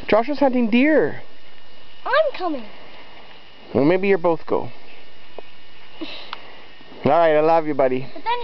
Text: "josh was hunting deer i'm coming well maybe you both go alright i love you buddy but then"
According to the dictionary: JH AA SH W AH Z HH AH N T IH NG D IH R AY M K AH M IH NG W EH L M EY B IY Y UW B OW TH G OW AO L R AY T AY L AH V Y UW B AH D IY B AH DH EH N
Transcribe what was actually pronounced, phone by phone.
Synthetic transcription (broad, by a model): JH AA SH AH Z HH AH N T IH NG D IH R AY M K AH M IH NG W EH L M EY B IY Y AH B OW TH G OW AO L R AY T AY L AH V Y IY B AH D IY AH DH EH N